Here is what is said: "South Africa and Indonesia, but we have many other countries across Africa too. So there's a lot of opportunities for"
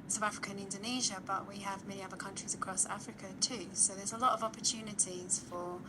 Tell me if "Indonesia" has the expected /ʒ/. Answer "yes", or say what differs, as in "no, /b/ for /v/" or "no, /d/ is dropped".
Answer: yes